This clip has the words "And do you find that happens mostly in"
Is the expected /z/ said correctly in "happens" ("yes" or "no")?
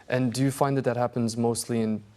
yes